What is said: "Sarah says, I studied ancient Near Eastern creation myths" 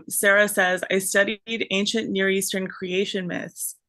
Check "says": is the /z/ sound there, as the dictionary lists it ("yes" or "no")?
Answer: yes